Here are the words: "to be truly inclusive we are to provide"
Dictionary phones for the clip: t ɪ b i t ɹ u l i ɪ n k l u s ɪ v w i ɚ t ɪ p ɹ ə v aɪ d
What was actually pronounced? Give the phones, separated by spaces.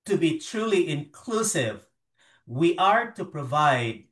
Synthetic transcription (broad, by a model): t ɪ b i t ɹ u l i ɪ n k l u s ɪ v w i ɚ t ɪ p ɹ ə v aɪ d